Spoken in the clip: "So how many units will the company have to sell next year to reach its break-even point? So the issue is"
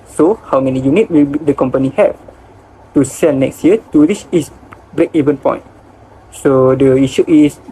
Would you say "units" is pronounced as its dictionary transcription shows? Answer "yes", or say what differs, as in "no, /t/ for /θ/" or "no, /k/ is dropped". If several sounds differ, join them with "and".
no, /s/ is dropped